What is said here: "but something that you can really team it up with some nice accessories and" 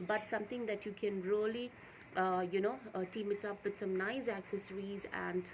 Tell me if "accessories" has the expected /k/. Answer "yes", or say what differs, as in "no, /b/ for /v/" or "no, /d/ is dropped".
yes